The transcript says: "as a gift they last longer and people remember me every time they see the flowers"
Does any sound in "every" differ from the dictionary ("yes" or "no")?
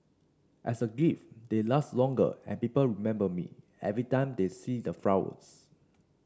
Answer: no